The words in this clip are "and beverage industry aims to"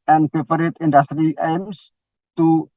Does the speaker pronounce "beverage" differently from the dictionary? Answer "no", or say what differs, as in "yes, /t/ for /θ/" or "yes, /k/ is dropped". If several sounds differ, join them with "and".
yes, /p/ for /v/